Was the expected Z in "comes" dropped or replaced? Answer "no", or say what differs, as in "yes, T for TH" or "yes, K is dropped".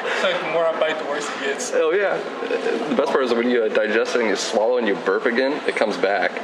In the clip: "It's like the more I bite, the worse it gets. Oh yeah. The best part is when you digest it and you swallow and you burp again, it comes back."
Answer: no